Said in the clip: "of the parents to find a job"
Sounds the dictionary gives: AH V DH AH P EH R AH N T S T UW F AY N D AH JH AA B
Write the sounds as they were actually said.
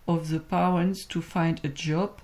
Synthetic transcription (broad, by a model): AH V DH AH P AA W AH N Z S T UW F AY N D AH JH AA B